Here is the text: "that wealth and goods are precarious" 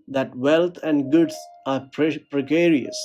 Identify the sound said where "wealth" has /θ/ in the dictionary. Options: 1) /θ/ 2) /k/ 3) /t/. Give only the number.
3